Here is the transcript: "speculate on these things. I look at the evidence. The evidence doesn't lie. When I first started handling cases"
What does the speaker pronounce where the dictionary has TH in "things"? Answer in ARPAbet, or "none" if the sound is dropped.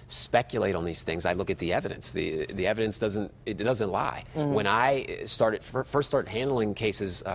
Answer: TH